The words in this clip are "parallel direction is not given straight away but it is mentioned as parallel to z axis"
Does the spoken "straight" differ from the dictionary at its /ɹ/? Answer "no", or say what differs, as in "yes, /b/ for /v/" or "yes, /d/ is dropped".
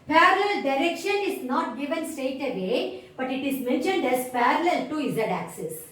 yes, /ɹ/ is dropped